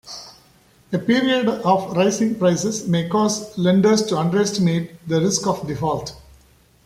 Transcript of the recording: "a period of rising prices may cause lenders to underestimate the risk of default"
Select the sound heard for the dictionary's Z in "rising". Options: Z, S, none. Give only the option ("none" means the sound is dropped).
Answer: S